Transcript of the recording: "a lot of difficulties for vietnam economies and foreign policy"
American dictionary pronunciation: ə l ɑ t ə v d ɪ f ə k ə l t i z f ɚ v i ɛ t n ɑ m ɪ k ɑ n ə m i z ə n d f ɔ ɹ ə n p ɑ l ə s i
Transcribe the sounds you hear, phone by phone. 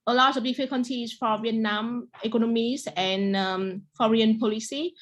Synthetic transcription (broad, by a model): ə l ɑ t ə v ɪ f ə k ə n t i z f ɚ v i ɛ t n ɑ m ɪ k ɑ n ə m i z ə n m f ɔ ɹ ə n p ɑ l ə s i